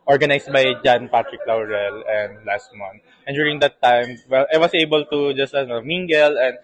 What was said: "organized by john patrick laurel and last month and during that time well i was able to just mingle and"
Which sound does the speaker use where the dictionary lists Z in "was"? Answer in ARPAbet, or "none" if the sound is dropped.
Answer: S